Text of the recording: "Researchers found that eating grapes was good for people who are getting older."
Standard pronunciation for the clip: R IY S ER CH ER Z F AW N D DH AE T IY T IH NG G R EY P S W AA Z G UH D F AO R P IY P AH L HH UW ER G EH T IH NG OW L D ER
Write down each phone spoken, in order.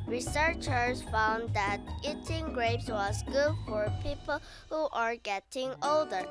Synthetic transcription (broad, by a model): R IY S ER CH ER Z F AW N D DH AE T IY T IH NG G R EY P S W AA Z G UH D F AO R P IY P AH L HH UW ER G EH T IH NG OW L D ER